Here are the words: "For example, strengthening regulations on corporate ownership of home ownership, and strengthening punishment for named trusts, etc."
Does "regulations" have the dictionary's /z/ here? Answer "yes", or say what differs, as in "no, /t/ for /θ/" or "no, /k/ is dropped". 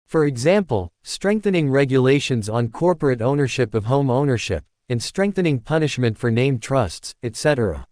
yes